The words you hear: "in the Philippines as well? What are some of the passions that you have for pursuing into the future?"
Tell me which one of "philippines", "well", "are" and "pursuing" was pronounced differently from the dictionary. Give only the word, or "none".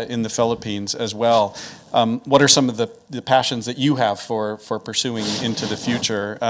none